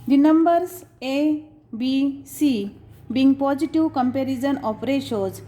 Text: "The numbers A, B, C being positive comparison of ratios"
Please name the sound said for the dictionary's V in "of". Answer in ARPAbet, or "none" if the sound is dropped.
P